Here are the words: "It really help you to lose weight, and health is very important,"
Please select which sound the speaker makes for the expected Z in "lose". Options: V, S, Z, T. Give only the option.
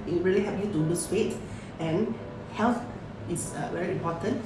S